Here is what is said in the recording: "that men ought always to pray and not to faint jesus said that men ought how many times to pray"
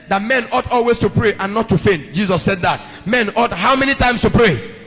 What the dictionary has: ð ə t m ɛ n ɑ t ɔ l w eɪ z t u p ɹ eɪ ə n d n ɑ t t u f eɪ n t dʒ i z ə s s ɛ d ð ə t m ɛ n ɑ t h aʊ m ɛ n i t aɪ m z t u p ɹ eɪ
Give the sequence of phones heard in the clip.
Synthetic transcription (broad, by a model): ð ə t m ɛ n ɑ t ɔ l w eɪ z t u p ɹ eɪ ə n n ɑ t t u f eɪ n t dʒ i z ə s s ɛ d ð ə t m ɛ n ɑ t h aʊ m ɛ n i t aɪ m s t u p ɹ eɪ